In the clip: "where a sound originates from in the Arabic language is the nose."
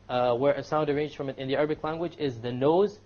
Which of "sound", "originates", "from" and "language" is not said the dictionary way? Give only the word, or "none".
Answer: originates